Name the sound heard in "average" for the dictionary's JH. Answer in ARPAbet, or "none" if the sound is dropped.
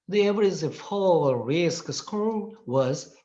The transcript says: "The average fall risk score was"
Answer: Z